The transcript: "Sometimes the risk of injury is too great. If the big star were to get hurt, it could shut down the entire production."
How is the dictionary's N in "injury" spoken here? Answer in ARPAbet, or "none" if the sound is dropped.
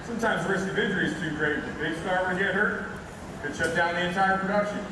none